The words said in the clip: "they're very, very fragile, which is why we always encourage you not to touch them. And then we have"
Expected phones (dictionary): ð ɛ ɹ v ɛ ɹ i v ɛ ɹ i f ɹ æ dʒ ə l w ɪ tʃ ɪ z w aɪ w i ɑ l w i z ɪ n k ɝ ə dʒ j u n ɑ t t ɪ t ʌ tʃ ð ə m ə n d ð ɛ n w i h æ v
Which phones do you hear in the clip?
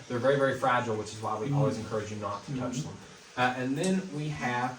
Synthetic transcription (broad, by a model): ð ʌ ɹ v ɛ ɹ i v ɛ ɹ i f ɹ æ dʒ l w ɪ tʃ ɪ z w aɪ w i ɑ l w i z ɪ n k ɝ ə dʒ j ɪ n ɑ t t ɪ t ʌ tʃ ð ə m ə n ð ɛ n w i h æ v